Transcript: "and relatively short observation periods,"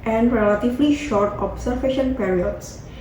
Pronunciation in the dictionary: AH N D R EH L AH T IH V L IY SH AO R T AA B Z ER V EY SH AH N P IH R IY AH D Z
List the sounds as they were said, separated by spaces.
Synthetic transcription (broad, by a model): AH N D R EH L AH T IH V L IY SH AO R T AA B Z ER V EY SH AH N P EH R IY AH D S